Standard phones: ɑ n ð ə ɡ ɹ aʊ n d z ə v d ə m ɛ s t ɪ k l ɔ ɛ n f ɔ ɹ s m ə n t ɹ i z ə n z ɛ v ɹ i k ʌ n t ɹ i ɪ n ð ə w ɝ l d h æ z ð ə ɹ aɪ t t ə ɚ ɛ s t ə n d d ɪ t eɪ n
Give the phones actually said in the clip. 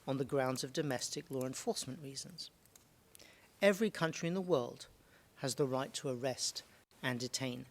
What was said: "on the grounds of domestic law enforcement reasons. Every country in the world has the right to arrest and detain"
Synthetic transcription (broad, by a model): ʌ n ð ə ɡ ɹ aʊ n d z ə v d ə m ɛ s t ɪ k l ɔ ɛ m f ɔ ɹ s m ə n t ɹ i z ə n z ɛ v ɹ i k ʌ n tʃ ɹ i ɪ n ð ə w ɝ l d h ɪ z ð ə ɹ aɪ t t ə ɚ ɛ s t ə n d d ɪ t eɪ n